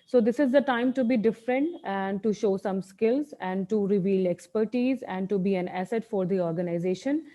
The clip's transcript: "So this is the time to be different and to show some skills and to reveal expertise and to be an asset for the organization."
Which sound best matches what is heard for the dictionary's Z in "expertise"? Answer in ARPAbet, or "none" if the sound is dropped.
Z